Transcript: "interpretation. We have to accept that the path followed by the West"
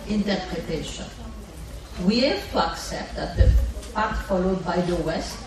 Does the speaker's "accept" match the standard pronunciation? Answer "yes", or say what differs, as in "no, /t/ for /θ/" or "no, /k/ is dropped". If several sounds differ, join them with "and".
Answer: yes